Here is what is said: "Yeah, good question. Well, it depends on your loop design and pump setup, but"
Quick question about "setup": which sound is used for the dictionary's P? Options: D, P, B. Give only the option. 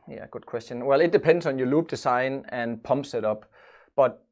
B